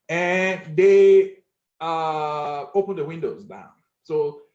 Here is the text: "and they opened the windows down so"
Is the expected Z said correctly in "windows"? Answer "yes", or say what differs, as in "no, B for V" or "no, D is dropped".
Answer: yes